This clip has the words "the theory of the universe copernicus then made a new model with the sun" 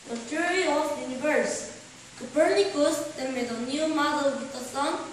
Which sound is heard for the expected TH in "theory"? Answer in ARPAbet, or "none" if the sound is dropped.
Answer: T